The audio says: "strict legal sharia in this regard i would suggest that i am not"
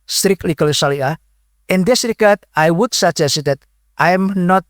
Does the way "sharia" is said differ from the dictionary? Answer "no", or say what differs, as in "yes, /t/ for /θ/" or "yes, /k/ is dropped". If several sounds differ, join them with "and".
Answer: yes, /s/ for /ʃ/ and /l/ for /ɹ/